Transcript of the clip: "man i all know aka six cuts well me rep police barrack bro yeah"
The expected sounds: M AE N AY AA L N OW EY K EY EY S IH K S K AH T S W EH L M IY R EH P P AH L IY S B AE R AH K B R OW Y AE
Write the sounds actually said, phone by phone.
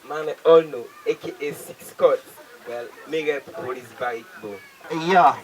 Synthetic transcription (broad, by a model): M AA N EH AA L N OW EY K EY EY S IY K S K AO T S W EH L M IY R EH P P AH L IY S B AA AH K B OW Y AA